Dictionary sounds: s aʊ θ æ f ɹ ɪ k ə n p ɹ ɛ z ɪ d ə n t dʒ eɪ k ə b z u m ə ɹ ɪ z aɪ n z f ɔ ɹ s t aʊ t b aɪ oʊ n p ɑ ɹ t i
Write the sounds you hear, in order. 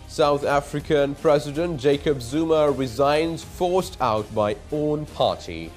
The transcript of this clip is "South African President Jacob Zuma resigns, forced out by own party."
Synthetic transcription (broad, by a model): s aʊ θ æ f ɹ ɪ k ə n p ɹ ɛ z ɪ d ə n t dʒ eɪ k ə b z u m ə ɹ ɪ z aɪ n z f ɔ ɹ s t aʊ t b aɪ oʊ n p ɑ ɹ t i